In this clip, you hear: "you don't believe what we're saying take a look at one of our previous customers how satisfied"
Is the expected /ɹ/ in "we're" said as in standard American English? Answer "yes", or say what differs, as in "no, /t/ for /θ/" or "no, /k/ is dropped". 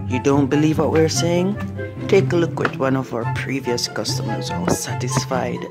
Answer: yes